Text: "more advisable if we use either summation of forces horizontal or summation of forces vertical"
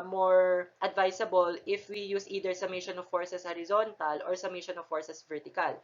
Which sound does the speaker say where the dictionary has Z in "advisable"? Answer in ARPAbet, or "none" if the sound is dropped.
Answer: S